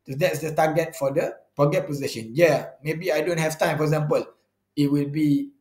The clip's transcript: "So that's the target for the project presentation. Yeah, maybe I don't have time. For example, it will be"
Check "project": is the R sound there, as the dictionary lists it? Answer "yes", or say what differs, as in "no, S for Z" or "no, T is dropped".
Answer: no, R is dropped